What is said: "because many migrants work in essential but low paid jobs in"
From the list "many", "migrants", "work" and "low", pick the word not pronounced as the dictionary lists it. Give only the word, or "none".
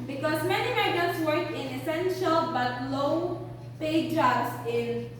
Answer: migrants